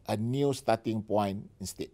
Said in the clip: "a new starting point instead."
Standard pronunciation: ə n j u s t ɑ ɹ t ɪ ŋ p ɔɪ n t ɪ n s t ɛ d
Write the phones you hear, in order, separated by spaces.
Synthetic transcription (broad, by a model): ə n j u s t ɑ t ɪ ŋ p ɔɪ n ɪ n s t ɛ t